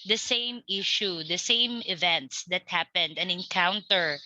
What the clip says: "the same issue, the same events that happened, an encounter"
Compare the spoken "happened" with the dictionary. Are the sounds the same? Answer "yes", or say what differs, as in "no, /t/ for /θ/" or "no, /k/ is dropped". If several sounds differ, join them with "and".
yes